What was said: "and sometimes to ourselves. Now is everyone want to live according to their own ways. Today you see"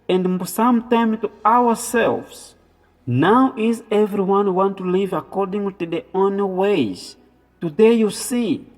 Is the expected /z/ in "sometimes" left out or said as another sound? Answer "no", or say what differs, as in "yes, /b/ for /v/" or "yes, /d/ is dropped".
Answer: yes, /z/ is dropped